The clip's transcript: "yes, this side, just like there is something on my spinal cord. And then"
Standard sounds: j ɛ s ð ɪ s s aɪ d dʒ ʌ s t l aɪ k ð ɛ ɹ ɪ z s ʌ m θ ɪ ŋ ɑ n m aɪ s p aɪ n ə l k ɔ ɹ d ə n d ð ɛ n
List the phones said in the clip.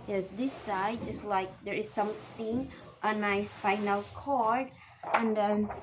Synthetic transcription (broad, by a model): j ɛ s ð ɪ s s aɪ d dʒ ʌ s t l aɪ k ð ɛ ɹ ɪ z s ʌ m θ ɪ ŋ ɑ n aɪ s f aɪ n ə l k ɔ ɹ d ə n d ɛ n